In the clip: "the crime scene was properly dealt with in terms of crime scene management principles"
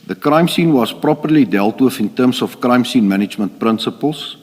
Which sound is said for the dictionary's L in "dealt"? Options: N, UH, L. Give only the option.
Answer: L